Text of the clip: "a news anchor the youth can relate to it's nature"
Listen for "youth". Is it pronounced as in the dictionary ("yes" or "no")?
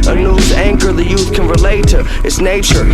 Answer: yes